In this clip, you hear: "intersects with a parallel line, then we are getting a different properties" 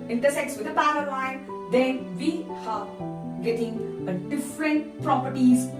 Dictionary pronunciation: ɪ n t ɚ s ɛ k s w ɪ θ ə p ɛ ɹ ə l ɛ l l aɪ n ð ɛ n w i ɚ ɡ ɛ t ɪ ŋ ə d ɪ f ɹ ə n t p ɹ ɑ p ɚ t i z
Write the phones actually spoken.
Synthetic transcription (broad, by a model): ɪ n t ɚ s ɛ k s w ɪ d ə b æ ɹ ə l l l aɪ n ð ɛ n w i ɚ ɡ ɛ t ɪ ŋ ə d ɪ f ɹ ə n t p ɹ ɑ p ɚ t i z